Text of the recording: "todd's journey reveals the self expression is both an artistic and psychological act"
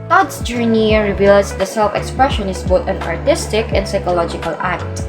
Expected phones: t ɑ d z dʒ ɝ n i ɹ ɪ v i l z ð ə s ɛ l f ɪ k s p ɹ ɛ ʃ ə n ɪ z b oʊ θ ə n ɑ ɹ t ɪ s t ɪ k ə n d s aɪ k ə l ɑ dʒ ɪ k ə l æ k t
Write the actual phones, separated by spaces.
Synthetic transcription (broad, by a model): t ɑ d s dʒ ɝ n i ɹ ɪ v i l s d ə s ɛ l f ɪ k s p ɹ ɛ ʃ ə n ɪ s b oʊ t ə n ɑ ɹ t ɪ s t ɪ k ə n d s aɪ k ə l ɑ dʒ ɪ k ə l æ k t